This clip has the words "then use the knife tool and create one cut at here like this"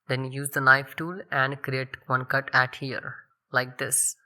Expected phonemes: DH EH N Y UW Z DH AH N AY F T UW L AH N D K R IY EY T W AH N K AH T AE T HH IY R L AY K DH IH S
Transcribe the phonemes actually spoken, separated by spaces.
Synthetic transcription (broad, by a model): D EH N Y UW Z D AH L AY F T UW L AH N D K R IY EY T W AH N K AH T AE T HH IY R L AY K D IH S